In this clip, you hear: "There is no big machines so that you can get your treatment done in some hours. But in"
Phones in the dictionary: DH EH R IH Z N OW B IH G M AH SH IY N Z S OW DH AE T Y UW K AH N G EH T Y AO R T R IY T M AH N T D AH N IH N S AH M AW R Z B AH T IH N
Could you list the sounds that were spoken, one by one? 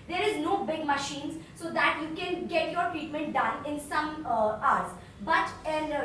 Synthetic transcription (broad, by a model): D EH R IH Z N OW B IH G M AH SH IY N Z S OW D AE T Y UW K AH N G EH T Y AO R T R IY T M AH N T D AH N IH N S AH M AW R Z B AH T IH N